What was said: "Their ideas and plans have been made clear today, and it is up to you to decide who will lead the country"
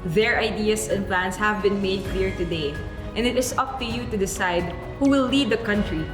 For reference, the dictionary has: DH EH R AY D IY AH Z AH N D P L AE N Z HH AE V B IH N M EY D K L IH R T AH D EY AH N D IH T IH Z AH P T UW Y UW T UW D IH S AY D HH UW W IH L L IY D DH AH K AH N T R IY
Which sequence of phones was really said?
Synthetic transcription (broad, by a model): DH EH R AY D IY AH S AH N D P L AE N S HH AE V B IH N M EY D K L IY R T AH D EY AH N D IH T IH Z AH P T UW Y UW T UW D IH S AY D HH UW W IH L L IY D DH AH K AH N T R IY